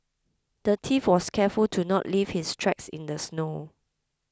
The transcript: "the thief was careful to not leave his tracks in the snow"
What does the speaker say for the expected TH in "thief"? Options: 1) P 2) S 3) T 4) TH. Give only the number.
3